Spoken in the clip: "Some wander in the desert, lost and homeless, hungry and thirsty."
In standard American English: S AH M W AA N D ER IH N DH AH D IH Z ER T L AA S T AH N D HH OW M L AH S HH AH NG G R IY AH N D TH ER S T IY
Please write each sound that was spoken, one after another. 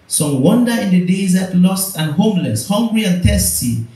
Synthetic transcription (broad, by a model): S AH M W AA N D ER IH N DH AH D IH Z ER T L AA S T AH N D HH OW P L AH S HH AH NG G R IY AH N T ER S T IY